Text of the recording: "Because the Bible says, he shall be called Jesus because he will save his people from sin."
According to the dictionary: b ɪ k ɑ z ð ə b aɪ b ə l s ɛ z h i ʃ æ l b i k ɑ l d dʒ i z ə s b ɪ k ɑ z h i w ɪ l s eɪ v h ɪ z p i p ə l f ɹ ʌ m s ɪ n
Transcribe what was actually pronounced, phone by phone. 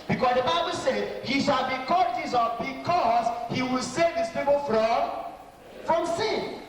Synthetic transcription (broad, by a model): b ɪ k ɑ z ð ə b aɪ b ə l s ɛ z h i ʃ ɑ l b i k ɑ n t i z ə b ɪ k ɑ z h i w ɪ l s eɪ v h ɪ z p i p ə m f ɹ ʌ m s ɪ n